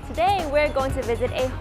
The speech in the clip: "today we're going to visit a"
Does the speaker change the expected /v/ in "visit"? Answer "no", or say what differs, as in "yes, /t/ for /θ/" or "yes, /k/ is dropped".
no